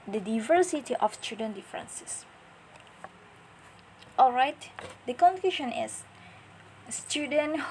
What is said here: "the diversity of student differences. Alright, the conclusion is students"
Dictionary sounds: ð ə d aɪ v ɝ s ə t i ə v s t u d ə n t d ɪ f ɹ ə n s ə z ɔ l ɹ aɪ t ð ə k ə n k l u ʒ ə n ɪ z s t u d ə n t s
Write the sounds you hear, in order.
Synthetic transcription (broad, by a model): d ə d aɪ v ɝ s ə t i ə f s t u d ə n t d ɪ f ɹ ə n s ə s ɔ l ɹ aɪ t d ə k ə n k u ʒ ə n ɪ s s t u d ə n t